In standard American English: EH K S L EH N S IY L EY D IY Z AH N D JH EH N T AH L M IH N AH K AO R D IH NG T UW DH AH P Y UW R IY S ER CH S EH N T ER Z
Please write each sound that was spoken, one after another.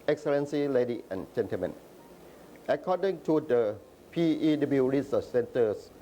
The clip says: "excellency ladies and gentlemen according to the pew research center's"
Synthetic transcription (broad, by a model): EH K S L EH N S IY L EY D IY AH N JH EH N T AH L M IH N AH K AO D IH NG T UW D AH P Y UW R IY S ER S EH N T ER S